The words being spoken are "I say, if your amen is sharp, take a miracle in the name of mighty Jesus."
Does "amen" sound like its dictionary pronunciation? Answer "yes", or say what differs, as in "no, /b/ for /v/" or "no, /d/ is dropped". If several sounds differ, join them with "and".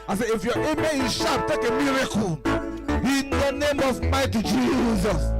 no, /n/ is dropped